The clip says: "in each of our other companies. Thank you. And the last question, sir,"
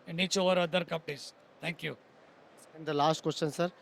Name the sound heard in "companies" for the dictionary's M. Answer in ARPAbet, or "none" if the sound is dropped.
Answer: none